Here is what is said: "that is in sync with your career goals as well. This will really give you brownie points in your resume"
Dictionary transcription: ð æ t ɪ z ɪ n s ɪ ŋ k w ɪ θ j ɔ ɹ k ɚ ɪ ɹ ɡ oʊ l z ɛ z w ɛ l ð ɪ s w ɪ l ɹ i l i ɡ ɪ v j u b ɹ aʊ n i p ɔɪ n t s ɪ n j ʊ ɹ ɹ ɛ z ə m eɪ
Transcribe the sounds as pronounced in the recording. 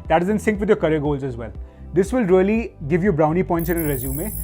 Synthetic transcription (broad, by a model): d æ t ɪ z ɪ n s ɪ ŋ k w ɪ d j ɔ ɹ k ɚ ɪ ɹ ɡ oʊ l z ɛ z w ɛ l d ɪ s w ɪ l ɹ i l i ɡ ɪ v j u b ɹ aʊ n i p ɔɪ n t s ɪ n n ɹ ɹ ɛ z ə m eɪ